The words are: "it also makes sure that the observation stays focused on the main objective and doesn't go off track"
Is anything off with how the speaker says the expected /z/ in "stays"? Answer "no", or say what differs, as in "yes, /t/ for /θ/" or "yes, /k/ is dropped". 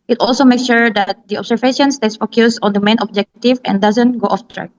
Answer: yes, /s/ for /z/